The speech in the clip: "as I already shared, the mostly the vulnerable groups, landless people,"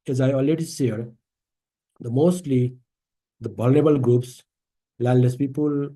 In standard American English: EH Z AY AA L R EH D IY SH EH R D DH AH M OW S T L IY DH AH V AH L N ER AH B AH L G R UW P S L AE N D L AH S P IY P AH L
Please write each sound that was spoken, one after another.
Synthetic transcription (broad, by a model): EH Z AY AA L R EH D IY S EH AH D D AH M OW S T L IY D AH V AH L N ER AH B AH L G R UW P S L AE L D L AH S P IY P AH L